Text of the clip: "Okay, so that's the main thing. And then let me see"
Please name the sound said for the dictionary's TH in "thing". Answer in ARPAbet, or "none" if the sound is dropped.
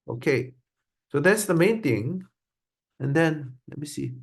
T